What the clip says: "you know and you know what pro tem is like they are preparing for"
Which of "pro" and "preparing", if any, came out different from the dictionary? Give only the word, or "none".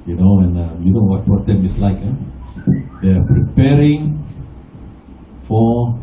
pro